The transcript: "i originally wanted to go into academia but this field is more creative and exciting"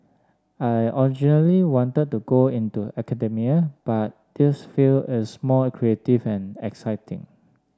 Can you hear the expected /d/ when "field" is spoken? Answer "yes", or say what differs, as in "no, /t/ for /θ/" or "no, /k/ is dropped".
no, /d/ is dropped